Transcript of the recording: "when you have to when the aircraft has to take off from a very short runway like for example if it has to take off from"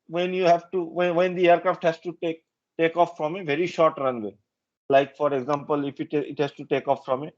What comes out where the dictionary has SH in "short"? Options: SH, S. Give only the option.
SH